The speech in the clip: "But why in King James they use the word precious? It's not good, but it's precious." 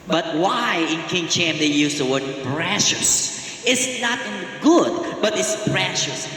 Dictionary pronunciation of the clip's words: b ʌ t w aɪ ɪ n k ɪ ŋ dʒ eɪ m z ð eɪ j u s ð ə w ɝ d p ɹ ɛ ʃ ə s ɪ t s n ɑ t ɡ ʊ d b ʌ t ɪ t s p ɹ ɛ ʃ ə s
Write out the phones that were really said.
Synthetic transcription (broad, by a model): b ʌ t w aɪ ɪ n k ɪ ŋ tʃ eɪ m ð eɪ j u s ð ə w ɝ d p ɹ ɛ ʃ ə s ɪ t s n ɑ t ɡ ʊ d b ʌ t ɪ t s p ɹ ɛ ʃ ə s